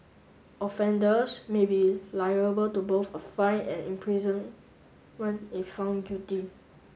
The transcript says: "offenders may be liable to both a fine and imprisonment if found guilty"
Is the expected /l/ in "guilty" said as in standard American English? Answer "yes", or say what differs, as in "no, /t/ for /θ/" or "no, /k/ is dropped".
no, /l/ is dropped